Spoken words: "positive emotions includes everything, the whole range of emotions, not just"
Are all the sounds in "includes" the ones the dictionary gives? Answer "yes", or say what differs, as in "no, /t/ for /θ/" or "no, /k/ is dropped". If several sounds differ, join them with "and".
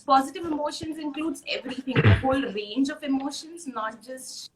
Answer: yes